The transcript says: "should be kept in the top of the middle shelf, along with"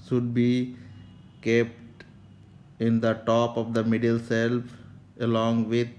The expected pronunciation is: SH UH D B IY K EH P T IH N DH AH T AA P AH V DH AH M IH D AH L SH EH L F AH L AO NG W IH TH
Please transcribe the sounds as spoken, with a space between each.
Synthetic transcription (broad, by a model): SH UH D B IY K EH P T IH N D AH T AA P AH V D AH M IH D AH L S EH L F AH L AO NG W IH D